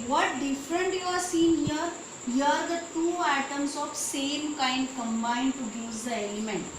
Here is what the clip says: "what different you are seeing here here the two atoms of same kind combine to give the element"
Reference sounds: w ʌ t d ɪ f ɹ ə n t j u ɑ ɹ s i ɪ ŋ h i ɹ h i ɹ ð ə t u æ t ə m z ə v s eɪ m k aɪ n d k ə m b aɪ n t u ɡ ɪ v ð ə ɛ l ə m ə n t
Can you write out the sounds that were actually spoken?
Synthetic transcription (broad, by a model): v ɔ t d ɪ f ɹ ə n t j u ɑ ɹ s i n h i ɹ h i ɹ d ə t u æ t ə m s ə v s eɪ m k aɪ n d k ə m b aɪ n t u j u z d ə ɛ l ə m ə n t